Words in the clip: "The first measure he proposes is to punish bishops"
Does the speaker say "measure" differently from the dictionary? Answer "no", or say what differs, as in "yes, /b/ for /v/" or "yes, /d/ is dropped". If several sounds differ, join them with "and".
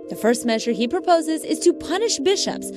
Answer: no